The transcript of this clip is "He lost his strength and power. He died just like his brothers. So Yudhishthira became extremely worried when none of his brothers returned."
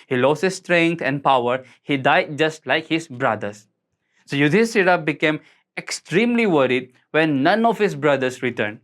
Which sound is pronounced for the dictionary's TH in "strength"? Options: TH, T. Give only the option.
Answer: T